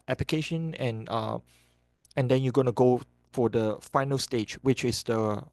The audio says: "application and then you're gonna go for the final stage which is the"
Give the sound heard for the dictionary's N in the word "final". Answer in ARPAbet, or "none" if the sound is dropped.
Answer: N